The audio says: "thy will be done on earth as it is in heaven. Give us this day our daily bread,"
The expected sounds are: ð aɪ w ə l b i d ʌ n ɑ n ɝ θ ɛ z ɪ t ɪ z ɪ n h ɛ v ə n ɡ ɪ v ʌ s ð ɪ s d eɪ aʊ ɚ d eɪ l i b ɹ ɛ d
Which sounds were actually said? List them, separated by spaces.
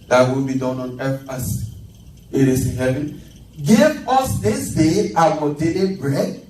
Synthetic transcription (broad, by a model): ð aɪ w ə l b i d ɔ n ɑ n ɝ f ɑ s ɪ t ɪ s ɪ n h ɛ v ə n ɡ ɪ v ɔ s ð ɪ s d eɪ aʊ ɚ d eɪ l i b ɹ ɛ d